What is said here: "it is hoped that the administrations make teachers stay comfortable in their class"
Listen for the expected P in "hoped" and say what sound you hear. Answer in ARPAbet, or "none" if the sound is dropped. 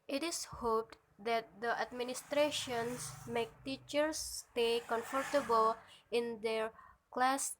P